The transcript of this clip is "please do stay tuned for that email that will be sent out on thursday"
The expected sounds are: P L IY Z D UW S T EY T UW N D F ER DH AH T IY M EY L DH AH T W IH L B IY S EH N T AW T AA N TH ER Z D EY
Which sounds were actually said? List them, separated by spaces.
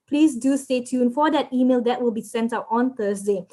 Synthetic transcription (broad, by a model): P L IY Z D UW S T EY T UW N F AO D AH T IY M EY L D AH T W IH L B IY S EH N T AW T AA N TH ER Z D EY